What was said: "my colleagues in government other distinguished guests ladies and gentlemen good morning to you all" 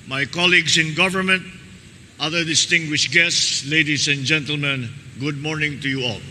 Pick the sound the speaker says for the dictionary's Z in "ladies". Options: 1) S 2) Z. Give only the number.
1